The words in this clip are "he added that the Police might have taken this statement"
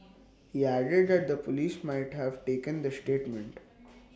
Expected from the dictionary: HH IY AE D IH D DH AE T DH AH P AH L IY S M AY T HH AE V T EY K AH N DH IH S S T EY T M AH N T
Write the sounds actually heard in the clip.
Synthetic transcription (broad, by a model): HH IY AE D IH D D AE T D AH P AH L IY S M AY T HH AE V T EY K AH N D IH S S T EY T M AH N T